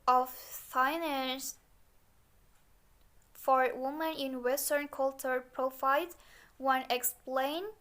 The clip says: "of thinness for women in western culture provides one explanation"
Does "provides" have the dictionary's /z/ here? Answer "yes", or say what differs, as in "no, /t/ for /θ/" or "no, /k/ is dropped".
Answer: no, /z/ is dropped